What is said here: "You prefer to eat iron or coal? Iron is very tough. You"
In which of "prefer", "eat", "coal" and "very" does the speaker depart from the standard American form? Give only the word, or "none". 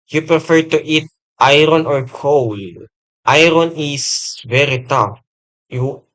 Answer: none